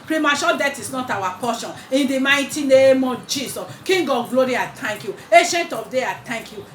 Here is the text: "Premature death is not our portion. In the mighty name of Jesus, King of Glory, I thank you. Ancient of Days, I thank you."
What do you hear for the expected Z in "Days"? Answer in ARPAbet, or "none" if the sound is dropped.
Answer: none